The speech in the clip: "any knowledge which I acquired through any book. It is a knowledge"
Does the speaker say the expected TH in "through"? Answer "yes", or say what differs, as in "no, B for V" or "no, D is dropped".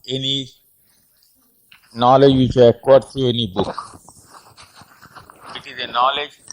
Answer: no, T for TH